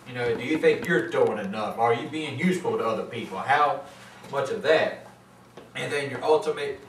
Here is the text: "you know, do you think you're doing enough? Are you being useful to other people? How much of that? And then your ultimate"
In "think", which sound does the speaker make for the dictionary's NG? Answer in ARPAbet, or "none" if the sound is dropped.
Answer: NG